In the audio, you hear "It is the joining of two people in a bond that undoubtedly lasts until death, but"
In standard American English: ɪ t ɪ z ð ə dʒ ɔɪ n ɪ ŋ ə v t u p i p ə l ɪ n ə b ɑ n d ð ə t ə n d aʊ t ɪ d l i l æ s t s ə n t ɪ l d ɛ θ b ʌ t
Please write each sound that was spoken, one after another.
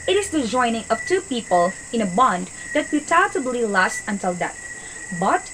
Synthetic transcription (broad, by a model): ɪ t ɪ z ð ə dʒ ɔɪ n ɪ ŋ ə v t u p i p ə l ɪ n ə b ɑ n d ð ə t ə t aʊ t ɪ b l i l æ s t ə n t ɪ l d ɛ t b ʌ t